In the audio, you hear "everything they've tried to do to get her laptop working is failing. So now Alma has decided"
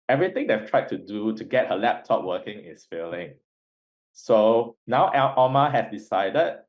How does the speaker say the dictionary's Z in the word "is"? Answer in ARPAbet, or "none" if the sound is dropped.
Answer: S